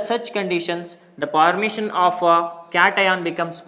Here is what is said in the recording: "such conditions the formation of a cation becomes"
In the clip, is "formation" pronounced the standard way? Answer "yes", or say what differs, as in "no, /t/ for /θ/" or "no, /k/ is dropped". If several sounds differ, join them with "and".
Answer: no, /p/ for /f/